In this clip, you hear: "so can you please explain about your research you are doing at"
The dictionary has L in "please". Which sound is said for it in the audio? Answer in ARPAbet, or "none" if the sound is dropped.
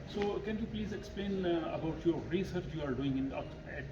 L